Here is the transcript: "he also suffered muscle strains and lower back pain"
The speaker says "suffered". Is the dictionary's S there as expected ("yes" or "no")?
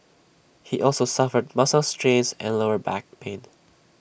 yes